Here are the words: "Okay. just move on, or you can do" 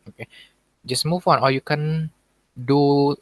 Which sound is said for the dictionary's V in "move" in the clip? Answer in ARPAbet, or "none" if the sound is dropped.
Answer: W